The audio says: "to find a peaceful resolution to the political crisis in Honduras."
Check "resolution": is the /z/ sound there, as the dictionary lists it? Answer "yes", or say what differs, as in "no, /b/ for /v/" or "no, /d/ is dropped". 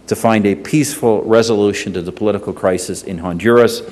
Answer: yes